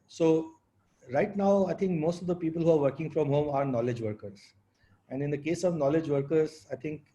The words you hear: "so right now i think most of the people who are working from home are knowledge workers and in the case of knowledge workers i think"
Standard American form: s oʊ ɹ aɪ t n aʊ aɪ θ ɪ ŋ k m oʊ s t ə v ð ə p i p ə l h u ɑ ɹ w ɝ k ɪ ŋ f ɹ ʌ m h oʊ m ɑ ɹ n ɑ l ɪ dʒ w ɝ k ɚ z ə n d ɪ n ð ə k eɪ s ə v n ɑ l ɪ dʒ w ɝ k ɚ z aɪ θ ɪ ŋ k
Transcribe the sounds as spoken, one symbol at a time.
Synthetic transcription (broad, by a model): s oʊ ɹ aɪ t n aʊ aɪ t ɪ ŋ k m oʊ s t ə v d ə p i p ə l h u ɑ ɹ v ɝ k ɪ ŋ f ɹ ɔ m h oʊ m ɑ ɹ n ɑ l ɪ dʒ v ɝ k ɚ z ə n d ɪ n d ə k eɪ s ə v n ɑ l ɪ dʒ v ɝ k ɚ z aɪ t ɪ ŋ k